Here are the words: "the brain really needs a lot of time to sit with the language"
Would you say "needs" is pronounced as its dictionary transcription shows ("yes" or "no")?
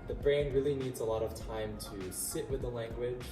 yes